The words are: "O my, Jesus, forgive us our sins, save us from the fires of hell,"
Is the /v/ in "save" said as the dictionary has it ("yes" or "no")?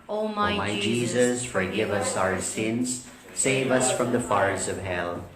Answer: yes